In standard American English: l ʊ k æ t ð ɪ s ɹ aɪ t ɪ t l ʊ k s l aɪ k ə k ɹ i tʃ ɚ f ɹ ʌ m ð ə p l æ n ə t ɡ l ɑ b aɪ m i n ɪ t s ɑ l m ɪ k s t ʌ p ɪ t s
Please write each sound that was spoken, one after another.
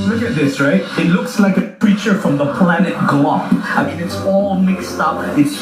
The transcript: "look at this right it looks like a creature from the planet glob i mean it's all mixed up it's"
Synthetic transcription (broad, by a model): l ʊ k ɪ t ð ɪ s ɹ aɪ t ɪ t l ʊ k s l aɪ k ə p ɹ i tʃ ɚ f ɹ ʌ m ð ə p l æ n ə t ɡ l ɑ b aɪ m i n ɪ t s ɑ l m ɪ k s t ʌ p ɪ t s